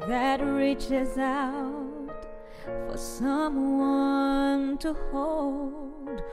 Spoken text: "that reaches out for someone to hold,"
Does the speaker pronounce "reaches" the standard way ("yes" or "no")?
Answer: yes